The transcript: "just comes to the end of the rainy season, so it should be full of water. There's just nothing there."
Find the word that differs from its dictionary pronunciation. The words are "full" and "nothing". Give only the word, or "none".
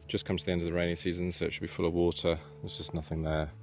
none